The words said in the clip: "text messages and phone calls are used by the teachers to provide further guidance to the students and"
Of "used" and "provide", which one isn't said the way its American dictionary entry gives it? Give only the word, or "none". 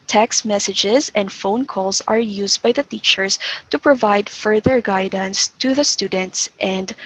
none